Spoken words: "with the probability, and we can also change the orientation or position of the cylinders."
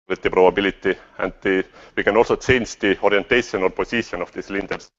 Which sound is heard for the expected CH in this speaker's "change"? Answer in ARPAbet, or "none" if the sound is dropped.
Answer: S